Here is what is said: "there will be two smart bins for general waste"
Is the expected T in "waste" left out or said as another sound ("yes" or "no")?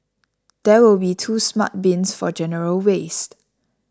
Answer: no